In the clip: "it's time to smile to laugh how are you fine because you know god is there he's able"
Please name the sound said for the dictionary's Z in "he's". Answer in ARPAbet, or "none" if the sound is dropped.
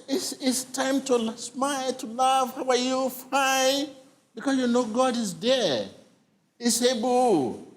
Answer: S